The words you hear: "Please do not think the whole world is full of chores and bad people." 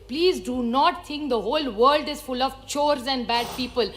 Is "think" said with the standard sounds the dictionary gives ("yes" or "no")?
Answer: no